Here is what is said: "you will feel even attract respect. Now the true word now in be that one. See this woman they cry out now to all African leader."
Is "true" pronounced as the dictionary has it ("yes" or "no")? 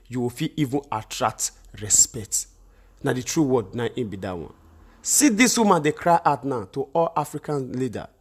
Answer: yes